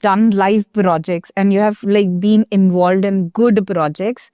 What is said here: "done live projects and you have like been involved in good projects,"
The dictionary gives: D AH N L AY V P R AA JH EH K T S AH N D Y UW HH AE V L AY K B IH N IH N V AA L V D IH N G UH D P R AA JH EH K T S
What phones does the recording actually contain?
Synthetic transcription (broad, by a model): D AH N L AY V P R AA JH EH K T S AH N D Y UW HH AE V L AY K B IH N IH N V AA L V D IH N G UH D P R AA JH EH K T S